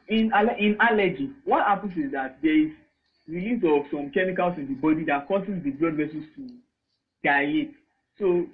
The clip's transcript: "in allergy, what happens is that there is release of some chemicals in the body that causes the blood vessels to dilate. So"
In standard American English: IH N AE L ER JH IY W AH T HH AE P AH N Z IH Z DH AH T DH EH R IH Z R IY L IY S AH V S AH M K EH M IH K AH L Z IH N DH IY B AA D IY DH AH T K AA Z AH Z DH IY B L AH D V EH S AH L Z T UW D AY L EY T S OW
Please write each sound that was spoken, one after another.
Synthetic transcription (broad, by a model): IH N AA L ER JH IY W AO T HH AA P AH N S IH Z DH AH T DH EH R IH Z R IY L IY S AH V S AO M K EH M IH K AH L S IH N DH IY B AA D IY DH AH T K AA S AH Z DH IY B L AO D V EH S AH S T UW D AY EY T S OW